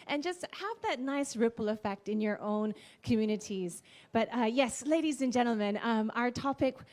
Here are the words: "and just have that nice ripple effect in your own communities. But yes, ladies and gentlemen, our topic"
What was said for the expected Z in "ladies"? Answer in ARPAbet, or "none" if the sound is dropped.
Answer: Z